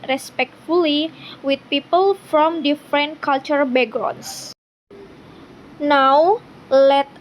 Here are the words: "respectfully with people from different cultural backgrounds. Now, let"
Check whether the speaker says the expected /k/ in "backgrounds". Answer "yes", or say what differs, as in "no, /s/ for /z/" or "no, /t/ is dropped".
no, /k/ is dropped